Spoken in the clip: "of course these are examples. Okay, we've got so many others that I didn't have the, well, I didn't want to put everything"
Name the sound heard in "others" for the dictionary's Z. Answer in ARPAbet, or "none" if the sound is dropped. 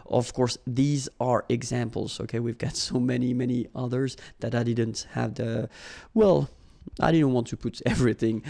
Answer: Z